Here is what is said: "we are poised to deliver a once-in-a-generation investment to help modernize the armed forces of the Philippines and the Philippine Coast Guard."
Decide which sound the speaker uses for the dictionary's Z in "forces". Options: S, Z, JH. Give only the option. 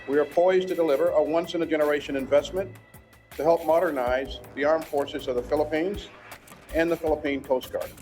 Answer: Z